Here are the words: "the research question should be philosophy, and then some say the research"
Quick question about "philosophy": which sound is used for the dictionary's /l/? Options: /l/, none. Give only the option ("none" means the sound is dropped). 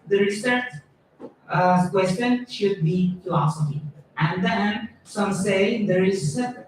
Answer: none